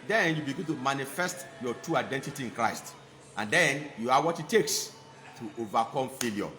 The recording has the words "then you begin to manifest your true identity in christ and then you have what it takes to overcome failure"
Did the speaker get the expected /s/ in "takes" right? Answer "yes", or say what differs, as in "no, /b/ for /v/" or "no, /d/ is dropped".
yes